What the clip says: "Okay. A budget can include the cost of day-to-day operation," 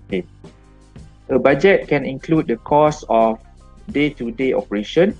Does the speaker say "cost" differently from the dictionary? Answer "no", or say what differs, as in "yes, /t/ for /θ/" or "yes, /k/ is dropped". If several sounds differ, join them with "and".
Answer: yes, /t/ is dropped